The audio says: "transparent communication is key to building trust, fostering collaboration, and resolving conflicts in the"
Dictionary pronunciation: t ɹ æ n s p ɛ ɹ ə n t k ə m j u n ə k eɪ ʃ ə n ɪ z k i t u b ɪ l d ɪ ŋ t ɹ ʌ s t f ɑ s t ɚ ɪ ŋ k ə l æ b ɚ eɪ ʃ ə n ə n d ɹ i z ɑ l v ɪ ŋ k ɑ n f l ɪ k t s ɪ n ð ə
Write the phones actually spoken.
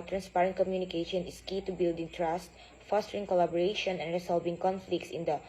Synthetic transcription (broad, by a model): t ɹ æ n s p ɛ ɹ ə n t k ə m j u n ə k eɪ ʃ ə n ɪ s k i t u b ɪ l d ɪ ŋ t ɹ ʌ s t f ɑ s t ɚ ɪ ŋ k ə l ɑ b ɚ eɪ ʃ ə n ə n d ɹ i s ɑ l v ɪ ŋ k ɑ n f l ɪ k t s ɪ n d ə